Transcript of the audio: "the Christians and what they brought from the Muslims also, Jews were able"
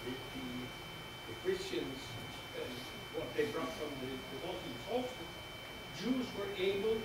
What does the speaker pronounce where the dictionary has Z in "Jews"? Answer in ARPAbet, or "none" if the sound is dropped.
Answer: Z